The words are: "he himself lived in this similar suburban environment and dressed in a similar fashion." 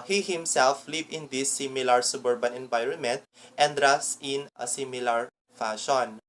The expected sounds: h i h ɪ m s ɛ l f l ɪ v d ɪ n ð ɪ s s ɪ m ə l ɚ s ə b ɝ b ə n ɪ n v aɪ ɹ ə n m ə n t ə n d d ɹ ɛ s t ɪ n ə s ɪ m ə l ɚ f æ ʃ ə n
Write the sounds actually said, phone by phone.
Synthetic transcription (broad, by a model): h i h ɪ m s ɛ l f l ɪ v ɪ n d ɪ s s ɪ m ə l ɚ s ə b ɝ b ə n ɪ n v aɪ ɹ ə n m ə n t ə n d d ɹ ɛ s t ɪ n ə s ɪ m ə l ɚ f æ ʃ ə n